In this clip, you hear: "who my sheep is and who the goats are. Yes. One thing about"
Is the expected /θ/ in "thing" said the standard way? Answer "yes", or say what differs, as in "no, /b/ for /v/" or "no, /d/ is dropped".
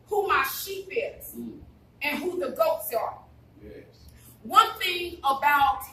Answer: yes